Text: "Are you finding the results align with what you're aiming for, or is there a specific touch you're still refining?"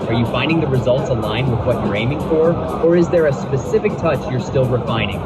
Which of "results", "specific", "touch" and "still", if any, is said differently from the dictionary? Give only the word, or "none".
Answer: none